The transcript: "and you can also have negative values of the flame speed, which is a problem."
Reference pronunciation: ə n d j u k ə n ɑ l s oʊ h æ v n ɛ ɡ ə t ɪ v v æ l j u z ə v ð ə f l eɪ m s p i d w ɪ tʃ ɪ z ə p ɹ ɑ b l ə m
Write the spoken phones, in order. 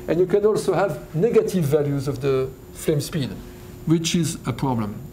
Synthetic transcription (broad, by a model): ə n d j u k ə n ɑ l s oʊ h æ v n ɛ ɡ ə t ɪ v v æ l j u z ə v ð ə f l eɪ m s p i d w ɪ tʃ ɪ z ə p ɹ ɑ b l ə m